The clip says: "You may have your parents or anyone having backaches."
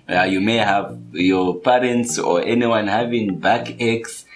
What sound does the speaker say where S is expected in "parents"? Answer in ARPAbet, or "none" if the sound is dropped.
S